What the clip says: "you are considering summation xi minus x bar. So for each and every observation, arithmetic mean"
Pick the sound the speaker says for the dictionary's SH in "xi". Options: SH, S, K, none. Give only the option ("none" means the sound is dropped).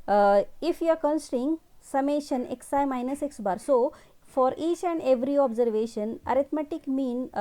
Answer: S